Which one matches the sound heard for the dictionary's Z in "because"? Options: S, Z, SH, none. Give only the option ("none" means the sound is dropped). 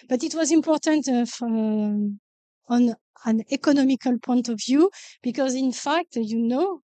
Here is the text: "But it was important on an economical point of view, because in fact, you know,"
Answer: Z